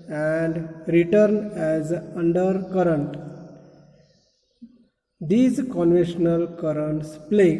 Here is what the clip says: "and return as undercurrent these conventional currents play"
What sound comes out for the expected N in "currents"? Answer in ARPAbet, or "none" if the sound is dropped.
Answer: N